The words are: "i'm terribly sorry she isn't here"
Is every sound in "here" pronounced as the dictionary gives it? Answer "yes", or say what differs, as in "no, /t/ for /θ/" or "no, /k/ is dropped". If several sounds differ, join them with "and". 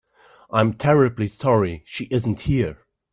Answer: yes